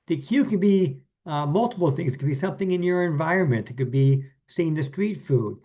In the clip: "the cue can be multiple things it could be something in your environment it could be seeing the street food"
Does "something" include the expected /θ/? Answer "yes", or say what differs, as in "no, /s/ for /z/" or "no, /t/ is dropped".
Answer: yes